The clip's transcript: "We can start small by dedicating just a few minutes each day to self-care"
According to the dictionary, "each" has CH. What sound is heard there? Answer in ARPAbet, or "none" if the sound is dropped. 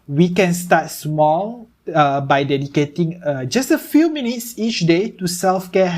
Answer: CH